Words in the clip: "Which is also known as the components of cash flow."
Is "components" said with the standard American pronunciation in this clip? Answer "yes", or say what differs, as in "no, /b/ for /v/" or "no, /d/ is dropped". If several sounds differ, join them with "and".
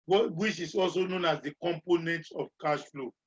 no, /s/ is dropped